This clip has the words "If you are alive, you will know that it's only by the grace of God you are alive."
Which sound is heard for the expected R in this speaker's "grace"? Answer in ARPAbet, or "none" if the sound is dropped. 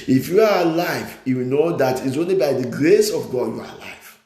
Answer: R